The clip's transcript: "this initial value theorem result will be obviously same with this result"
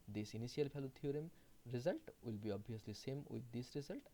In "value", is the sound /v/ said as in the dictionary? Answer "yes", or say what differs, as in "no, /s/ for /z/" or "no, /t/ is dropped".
no, /p/ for /v/